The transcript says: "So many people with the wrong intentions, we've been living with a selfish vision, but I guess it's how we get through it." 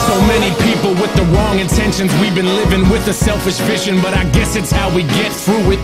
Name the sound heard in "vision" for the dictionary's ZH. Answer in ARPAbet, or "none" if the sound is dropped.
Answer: SH